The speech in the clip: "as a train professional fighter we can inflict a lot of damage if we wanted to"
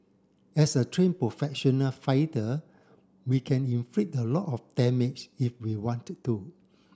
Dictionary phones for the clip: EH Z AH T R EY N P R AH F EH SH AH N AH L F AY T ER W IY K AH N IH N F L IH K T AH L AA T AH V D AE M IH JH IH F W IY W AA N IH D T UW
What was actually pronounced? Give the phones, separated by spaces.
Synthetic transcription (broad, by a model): EH S AH T R EY N P R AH F EH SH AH N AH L F AY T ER W IY K AH N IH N F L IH T AH L AA T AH F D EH M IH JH IH F W IY W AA N T UW